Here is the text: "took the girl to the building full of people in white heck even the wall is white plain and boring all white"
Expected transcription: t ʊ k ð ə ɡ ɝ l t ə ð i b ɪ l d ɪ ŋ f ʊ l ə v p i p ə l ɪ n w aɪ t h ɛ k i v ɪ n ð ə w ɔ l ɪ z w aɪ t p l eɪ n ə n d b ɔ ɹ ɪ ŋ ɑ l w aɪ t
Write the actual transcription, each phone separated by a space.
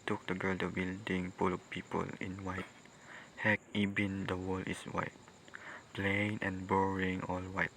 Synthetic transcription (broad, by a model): t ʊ k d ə ɡ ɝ l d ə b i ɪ l d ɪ ŋ p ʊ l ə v p i p ə l ɪ n w aɪ t h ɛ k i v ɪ n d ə w ɔ l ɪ s w aɪ t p l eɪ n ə n b ɔ ɹ ɪ ŋ ɑ l w aɪ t